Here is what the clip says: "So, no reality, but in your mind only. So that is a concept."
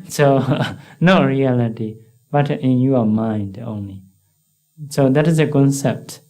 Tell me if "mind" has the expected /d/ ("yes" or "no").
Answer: yes